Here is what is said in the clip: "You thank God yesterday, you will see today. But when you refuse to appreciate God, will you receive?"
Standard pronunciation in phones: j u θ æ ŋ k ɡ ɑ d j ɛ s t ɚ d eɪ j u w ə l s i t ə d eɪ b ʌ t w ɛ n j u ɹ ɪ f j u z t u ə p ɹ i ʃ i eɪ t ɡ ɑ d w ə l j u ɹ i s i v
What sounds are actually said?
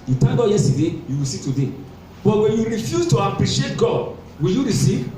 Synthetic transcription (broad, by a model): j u t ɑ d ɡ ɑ j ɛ s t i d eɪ j u w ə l s i t ə d eɪ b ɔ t w ɛ n j u ɹ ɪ f j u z t u ə p ɹ i ʃ i eɪ t ɡ ɑ d w ə l j u ɹ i s i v